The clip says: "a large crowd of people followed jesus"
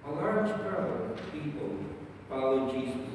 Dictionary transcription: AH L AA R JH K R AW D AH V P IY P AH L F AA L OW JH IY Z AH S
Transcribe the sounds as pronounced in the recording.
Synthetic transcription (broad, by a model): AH L AA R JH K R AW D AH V P IY P AH L P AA L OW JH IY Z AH